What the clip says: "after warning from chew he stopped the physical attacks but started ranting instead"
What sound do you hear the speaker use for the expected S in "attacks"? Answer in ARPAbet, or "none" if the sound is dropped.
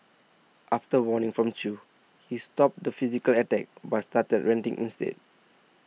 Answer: none